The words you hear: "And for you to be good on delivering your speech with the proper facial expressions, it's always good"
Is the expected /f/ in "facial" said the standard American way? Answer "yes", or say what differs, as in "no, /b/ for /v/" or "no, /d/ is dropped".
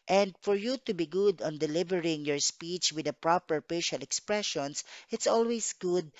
no, /p/ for /f/